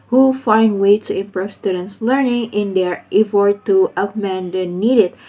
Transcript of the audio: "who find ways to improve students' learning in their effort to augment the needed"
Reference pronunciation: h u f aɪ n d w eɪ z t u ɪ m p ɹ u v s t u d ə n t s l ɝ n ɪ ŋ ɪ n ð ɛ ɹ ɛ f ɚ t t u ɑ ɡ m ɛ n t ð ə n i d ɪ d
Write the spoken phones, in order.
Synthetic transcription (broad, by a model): h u f aɪ n d w eɪ t u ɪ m p ɹ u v s t u d ə n t s l ɝ n ɪ ŋ ɪ n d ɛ ɹ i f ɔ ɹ t u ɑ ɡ m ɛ n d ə n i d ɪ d